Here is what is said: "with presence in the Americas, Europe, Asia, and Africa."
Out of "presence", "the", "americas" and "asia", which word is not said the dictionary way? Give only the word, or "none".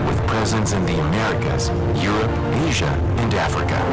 none